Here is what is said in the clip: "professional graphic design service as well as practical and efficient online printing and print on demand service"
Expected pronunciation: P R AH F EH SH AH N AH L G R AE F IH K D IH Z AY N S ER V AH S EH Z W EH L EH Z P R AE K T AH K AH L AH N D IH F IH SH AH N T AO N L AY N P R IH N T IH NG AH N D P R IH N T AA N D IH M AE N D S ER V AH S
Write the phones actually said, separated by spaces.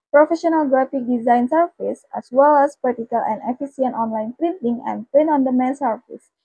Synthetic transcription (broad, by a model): P R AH F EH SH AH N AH L G R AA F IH K D IH Z AY N S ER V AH S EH S W EH L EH S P EH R T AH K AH L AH N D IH F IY S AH N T AO N L AY N P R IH N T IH NG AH N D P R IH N AA N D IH M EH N S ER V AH S